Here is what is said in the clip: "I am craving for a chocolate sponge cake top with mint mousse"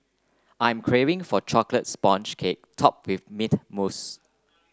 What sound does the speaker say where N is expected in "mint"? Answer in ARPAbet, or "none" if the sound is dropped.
none